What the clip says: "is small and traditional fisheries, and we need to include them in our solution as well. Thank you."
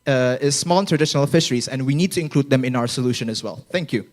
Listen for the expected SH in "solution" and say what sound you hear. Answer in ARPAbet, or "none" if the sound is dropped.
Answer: SH